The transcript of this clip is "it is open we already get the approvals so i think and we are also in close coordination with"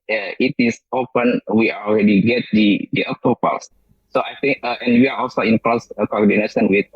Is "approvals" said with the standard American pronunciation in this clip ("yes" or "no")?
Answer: no